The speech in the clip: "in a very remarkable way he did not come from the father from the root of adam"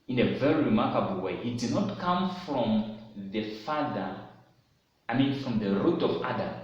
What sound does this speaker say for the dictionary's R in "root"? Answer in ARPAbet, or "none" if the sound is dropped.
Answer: R